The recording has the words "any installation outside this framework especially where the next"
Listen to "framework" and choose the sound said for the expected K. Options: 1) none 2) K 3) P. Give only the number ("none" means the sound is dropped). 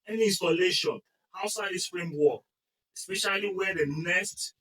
1